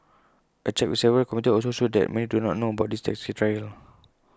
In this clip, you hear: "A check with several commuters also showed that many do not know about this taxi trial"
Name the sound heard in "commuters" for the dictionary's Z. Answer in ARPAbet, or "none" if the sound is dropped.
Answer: none